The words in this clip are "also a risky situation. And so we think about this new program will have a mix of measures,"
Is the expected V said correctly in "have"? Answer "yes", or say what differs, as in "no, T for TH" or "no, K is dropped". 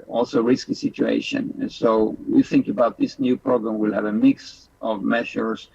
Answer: yes